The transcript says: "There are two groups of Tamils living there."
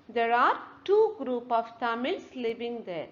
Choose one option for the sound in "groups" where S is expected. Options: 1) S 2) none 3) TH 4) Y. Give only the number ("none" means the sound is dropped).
2